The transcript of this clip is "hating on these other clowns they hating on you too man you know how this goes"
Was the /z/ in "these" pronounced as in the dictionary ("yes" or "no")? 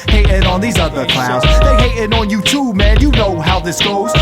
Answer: yes